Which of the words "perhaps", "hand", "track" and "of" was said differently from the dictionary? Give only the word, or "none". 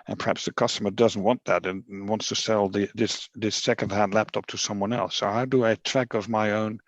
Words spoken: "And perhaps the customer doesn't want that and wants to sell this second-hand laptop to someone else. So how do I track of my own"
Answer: none